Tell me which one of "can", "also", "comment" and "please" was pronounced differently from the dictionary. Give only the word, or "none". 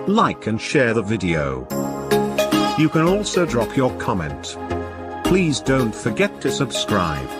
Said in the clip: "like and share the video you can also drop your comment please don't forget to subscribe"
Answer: none